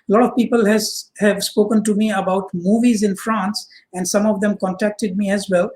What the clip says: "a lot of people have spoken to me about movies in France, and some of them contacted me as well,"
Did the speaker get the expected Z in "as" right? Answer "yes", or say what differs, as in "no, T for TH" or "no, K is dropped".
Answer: yes